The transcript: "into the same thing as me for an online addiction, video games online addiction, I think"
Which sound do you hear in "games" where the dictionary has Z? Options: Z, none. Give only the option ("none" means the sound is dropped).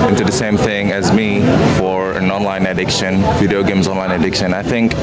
Z